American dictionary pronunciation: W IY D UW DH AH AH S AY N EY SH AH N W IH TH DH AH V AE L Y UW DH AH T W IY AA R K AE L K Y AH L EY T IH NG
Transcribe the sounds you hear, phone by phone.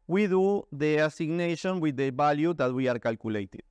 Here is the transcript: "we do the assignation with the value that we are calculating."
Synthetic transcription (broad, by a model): W IY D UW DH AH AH S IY N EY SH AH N W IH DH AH B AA L Y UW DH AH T W IY AA R K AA L K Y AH L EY T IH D